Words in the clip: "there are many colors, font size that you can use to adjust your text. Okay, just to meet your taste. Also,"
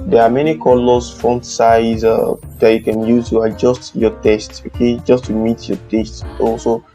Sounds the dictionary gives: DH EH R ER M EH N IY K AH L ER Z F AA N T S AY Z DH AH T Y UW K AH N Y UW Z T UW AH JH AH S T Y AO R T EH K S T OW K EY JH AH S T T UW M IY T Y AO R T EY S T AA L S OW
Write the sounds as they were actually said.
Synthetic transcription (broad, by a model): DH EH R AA M EH N IY K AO L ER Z F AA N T S AY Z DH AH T Y UW K AH N Y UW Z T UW AH JH AH S T Y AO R T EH S T OW K EY JH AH S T T UW M IY T Y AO T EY S T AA L S OW